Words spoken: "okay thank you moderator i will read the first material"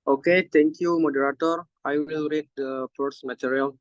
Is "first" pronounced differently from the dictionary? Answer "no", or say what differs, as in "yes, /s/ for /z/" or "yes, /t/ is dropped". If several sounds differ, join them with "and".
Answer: yes, /p/ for /f/